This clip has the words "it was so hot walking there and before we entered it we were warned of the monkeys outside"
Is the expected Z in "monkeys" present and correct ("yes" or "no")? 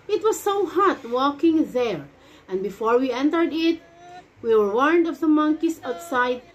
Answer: no